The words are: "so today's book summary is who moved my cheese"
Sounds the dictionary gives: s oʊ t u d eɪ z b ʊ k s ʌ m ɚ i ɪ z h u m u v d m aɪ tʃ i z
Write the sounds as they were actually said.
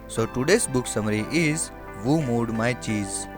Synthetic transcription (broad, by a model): s oʊ t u d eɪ s b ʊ k s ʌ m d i ɪ z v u m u d m aɪ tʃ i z